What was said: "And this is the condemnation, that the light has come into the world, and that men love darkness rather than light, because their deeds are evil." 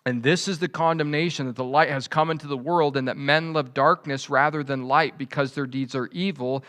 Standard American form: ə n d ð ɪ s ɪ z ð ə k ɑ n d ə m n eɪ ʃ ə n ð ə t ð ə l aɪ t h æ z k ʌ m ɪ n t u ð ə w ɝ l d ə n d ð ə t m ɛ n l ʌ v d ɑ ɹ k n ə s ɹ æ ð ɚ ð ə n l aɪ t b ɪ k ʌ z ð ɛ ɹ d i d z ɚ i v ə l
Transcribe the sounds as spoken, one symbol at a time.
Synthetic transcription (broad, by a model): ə n ð ɪ s ɪ z ð ə k ɑ n d ə m n eɪ ʃ ə n ð ə t ð ə l aɪ t h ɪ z k ʌ m ɪ n t u ð ə w ɝ l d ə n ð ə t m ɛ n l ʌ v d ɑ ɹ k n ə s ɹ æ ð ɚ ð ə n l aɪ t b ɪ k ʌ z ð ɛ ɹ d i d z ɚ i v l